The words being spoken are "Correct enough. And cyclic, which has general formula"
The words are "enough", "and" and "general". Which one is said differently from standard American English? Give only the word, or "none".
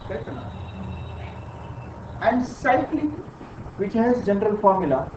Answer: enough